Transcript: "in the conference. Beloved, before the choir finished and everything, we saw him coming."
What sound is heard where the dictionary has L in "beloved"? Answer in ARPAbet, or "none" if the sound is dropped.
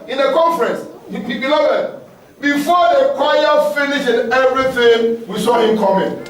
N